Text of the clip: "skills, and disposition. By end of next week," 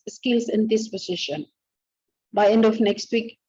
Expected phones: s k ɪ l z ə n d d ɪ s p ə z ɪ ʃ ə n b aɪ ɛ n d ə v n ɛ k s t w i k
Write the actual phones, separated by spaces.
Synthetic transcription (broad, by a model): s k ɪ l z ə n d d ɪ s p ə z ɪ ʃ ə n b aɪ ɛ n d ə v n ɛ k s t w i k